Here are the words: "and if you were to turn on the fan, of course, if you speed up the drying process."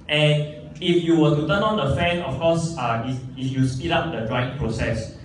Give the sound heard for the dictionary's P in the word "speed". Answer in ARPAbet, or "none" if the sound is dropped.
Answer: P